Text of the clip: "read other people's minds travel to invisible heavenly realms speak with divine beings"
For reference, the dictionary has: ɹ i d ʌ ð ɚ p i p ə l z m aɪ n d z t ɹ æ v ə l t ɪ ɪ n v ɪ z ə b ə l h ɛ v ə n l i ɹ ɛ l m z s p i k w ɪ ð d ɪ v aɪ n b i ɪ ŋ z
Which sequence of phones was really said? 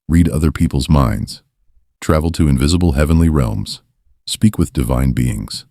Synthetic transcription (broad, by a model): ɹ i d ʌ ð ɚ p i p l z m aɪ n d z t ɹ æ v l t ɪ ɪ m v ɪ z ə b l h ɛ v ə n l i ɹ ɛ l m z s p i k w ɪ ð d ɪ v aɪ n b i ɪ ŋ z